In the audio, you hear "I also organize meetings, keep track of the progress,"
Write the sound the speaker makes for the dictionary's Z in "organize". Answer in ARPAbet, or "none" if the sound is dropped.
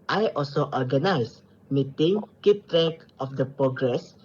S